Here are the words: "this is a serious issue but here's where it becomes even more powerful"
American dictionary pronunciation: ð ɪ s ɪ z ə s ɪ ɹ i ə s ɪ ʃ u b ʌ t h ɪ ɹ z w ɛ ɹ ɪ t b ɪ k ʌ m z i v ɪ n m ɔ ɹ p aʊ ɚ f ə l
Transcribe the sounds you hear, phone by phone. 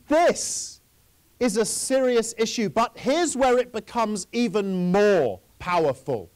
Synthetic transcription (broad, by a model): ð ɪ s ɪ z ə s ɪ ɹ i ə s ɪ ʃ u b ʌ t h ɪ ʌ z w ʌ ɹ ɪ t b ɪ k ʌ m z i v ɪ n m ɔ p aʊ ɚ f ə l